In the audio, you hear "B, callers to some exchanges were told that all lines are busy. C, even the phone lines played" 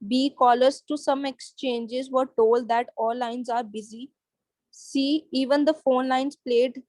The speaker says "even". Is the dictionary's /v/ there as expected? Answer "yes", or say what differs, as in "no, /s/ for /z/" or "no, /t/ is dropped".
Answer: yes